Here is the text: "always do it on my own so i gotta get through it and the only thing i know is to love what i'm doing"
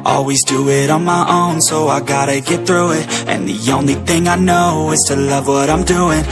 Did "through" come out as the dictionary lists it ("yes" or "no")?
yes